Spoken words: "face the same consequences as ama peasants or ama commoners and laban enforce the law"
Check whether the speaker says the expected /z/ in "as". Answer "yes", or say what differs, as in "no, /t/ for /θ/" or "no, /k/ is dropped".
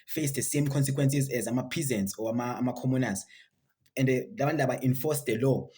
yes